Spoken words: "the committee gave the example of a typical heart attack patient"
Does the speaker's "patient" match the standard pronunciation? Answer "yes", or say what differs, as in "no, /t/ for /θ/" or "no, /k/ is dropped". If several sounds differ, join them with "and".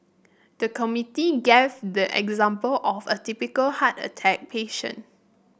no, /t/ is dropped